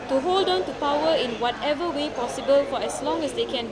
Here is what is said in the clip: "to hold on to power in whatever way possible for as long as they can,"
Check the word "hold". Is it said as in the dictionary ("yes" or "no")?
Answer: yes